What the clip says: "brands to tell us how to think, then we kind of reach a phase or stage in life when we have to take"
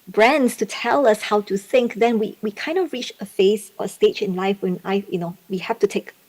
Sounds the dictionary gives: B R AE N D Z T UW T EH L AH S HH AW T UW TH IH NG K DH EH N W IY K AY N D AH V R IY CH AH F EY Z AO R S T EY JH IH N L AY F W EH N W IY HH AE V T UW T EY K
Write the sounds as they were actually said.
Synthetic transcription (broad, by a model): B R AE N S T UW T EH L AH S HH AW T UW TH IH NG K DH EH N W IY K AY N D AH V R IY CH AH F EY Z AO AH S T EY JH IH N L AY F W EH N W IY HH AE F T UW T EY K